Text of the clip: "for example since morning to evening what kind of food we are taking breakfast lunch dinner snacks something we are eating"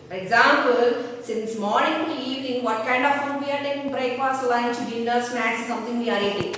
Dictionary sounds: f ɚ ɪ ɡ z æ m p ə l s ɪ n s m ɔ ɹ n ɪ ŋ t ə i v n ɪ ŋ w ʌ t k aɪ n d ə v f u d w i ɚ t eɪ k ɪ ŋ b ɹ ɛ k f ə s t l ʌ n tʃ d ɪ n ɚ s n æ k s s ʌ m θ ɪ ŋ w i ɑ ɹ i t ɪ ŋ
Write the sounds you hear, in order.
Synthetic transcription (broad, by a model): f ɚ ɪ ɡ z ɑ m p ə l s ɪ n s m ɔ ɹ n ɪ ŋ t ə i v n ɪ ŋ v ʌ t k aɪ n d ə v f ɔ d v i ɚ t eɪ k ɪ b ɹ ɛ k p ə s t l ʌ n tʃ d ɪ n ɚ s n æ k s s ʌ m t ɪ ŋ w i ɑ ɹ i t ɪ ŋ